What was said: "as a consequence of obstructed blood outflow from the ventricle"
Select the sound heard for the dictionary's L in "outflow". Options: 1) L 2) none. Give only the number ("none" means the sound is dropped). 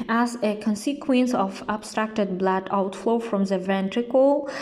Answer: 1